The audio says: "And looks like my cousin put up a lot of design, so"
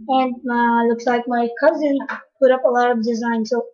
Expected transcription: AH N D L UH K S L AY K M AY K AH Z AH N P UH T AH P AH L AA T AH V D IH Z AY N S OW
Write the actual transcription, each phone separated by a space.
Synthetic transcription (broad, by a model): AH N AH L UH K S L AY K M AY K AH Z AH N P UH T AH P AH L AA T AH V D IH Z AY N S OW